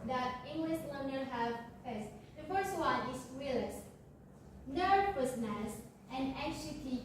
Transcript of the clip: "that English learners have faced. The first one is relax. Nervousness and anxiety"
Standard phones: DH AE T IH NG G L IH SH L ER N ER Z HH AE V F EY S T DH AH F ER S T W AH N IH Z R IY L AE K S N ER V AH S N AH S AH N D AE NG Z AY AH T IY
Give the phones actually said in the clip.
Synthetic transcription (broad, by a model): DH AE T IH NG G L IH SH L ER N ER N HH AE V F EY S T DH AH F ER S T W AH N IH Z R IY L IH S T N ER P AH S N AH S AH N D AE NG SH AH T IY